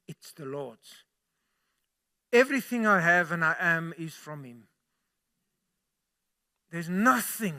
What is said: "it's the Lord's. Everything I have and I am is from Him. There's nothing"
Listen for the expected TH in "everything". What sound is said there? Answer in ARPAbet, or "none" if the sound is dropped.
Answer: TH